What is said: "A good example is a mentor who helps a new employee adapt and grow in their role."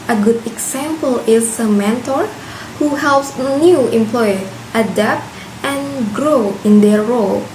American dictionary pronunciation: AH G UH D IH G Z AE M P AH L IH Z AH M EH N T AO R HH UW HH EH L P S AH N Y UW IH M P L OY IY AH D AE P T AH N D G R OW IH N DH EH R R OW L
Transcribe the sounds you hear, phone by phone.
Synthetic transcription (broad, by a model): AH G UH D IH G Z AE M P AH L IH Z AH M EH N T AO R HH UW HH EH L P S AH N Y UW IH M P L OY IY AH D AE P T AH N G R OW IH N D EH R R OW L